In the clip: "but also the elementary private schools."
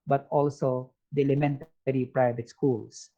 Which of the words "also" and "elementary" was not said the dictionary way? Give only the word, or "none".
none